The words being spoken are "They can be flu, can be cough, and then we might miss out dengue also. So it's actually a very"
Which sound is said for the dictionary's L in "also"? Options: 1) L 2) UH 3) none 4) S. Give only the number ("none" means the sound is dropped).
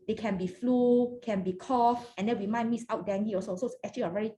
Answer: 3